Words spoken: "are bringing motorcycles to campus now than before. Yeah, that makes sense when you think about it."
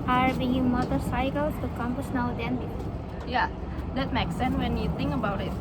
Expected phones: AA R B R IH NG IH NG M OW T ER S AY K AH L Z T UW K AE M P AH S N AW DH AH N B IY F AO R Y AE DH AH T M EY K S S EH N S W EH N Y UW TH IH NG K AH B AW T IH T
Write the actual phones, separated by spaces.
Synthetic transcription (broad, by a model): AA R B IH IH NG M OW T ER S AY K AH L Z T UW K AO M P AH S N AW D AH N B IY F Y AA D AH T M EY K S S EH N S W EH N Y UW T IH NG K AH B AW T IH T